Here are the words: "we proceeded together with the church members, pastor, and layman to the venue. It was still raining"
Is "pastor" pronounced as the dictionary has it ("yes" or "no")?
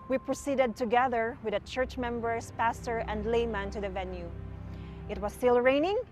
yes